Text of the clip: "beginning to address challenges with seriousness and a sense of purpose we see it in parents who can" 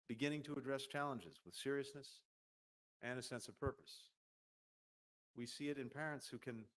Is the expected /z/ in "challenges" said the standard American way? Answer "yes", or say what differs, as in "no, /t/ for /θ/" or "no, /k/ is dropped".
yes